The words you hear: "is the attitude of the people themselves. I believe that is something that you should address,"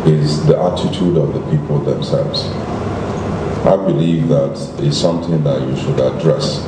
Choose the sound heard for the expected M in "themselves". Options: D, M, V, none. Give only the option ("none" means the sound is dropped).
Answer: M